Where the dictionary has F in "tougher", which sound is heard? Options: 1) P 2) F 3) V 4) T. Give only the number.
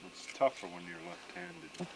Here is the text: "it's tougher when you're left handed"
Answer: 2